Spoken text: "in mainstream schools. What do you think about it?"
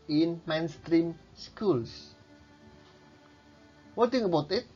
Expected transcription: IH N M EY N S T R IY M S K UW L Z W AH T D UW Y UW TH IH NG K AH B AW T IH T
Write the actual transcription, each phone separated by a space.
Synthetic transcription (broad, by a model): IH N M EY N S T R IY M S K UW L S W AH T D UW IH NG AH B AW T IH T